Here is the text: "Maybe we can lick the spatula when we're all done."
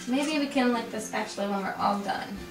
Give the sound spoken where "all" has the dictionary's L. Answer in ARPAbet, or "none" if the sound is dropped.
L